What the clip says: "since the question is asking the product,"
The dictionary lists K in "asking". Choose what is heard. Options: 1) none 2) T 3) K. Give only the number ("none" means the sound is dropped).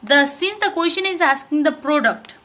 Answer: 3